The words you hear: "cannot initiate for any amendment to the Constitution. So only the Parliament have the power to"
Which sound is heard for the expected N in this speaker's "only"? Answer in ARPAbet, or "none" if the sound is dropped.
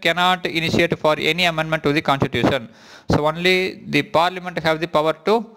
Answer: N